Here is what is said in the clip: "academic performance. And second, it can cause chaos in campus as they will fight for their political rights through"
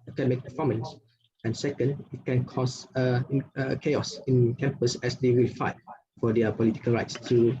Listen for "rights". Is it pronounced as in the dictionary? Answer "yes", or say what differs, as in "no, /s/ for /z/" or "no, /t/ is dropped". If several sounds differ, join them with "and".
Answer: yes